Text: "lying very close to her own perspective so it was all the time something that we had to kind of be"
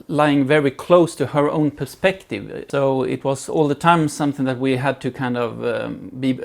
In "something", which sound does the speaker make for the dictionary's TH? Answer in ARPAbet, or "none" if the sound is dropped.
TH